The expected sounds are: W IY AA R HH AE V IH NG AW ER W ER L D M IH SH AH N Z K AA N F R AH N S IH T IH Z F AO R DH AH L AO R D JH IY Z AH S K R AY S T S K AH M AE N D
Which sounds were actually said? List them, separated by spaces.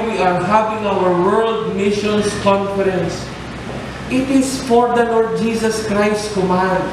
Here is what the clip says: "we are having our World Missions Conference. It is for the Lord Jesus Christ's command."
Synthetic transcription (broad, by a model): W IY AA R HH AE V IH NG AW ER W ER L D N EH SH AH N S K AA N F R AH N S IH T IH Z F AO R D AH L AO R D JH IY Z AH S K R AY S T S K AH M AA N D